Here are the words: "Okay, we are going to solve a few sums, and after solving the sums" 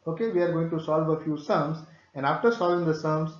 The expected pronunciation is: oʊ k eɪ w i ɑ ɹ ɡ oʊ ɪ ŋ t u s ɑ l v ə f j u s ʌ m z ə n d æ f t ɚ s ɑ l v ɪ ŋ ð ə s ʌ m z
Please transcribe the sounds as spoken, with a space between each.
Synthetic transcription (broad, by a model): oʊ k eɪ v i ɑ ɹ ɡ oʊ ɪ ŋ t u s ɑ l v ə f j u s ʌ m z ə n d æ f t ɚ s ɑ l v ɪ ŋ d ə s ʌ m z